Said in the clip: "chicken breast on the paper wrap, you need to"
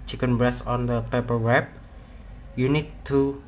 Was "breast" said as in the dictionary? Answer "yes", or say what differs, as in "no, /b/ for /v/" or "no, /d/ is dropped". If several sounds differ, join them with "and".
no, /t/ is dropped